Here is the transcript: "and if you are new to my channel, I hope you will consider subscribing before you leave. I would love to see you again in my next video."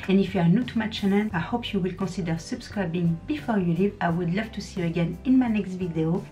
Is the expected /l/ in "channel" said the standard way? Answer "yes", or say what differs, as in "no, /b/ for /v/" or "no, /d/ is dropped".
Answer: no, /n/ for /l/